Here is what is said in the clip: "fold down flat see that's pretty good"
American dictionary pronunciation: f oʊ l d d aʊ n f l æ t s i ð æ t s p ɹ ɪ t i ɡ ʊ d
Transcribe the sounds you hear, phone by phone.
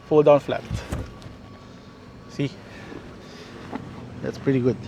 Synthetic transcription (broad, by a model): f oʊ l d d aʊ n f l æ t s i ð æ t s p ɹ ɪ t i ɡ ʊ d